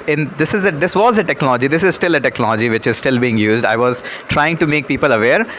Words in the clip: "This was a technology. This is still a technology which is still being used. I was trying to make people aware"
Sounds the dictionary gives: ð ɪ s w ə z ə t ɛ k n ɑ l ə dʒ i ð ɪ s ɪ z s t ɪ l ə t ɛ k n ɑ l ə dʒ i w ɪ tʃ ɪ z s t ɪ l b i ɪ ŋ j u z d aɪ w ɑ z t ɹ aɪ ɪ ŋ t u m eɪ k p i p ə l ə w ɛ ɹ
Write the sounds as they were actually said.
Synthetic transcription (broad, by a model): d ɪ s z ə z ə t ɛ k n ɑ l ə dʒ i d ɪ s ɪ z s t ɪ l ə t ɛ k n ɑ l ə dʒ i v ɪ tʃ ɪ z s t ɪ l b i ɪ ŋ j u z d aɪ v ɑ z t ɹ aɪ ɪ ŋ t u m eɪ k p i p ə l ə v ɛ ɹ